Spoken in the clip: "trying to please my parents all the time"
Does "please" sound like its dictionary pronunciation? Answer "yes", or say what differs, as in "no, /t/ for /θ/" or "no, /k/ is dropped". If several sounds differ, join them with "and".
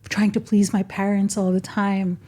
yes